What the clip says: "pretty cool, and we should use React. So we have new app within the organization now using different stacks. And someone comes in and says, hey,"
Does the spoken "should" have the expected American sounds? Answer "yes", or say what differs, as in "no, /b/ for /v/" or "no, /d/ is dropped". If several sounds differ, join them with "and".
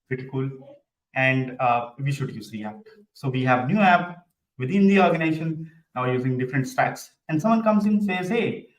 yes